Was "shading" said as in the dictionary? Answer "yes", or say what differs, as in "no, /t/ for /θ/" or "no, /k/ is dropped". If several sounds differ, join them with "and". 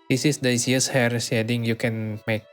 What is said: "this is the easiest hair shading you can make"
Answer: no, /s/ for /ʃ/